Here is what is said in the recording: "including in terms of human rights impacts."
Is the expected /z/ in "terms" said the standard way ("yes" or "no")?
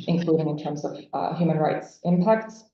yes